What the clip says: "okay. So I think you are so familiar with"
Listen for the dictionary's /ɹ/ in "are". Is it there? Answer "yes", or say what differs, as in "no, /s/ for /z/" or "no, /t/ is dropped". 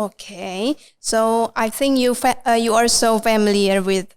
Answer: no, /l/ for /ɹ/